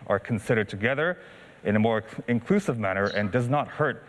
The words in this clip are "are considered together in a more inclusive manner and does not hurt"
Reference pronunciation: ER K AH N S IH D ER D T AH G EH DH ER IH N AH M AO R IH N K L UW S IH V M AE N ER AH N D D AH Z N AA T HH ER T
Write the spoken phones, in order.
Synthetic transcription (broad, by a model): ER K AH N S IH D ER D T AH G EH DH ER IH N AH M AO R IH N K L UW S IH V M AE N ER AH N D D AH Z N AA T HH ER T